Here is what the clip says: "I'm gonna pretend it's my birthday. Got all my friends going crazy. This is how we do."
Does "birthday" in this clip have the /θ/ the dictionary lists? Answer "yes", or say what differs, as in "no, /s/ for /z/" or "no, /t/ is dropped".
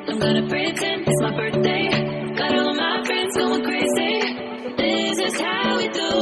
yes